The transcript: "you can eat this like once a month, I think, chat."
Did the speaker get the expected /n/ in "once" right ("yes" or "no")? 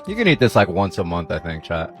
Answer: yes